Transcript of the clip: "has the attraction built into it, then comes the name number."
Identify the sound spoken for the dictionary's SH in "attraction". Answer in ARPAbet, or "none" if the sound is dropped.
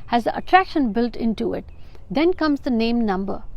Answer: SH